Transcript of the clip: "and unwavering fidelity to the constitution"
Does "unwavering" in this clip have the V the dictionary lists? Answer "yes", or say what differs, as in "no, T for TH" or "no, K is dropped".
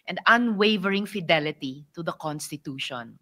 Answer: yes